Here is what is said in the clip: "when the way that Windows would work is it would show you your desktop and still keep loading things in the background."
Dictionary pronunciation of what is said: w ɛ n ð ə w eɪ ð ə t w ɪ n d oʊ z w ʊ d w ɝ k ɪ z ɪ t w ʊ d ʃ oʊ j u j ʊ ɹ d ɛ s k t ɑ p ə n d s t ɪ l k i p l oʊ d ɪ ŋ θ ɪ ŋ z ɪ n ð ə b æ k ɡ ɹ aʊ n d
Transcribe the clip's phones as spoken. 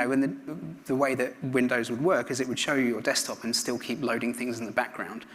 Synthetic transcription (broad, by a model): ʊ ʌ n ð ə w eɪ ð ə t w ɪ n d oʊ z w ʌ d w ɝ k ɪ z ɪ t w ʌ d ʃ oʊ j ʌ j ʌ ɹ d ɛ s t ɑ p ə n s t ɪ l k i p l oʊ d ɪ ŋ θ ɪ ŋ z ɪ n ð ə b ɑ k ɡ ɹ aʊ n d